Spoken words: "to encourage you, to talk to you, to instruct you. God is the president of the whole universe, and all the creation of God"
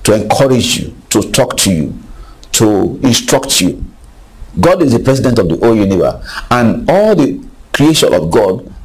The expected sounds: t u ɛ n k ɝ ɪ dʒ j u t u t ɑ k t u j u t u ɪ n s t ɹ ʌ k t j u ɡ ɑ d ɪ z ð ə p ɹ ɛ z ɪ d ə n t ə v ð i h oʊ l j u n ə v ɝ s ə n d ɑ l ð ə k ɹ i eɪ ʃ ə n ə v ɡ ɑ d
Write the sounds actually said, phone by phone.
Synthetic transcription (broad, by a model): t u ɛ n k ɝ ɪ dʒ j u t u t ɑ k t u j u t u ɪ n s t ɹ ʌ k t j u ɡ ɑ d ɪ z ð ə p ɹ ɛ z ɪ d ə n t ə v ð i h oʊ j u n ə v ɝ ə n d ɑ l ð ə k ɹ i eɪ ʃ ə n ə v ɡ ɑ d